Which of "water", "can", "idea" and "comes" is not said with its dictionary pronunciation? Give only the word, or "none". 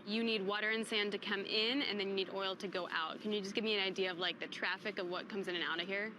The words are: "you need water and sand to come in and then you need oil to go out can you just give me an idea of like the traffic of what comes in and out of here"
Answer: none